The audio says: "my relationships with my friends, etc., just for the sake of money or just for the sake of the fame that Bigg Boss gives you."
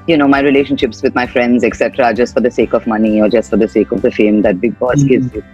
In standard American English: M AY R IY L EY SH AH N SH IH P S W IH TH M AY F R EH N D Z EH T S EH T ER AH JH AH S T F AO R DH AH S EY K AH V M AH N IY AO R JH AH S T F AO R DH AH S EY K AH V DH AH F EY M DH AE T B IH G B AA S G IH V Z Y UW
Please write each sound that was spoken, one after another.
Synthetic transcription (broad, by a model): M AY R IY L EY SH AH N SH IH P S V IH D M AY F R EH N D Z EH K S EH T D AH JH AH S T F AO R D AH S EY K AH V M AH N IY AO R JH AH S T F AO R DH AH S EY K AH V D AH F EY M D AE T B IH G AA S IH Z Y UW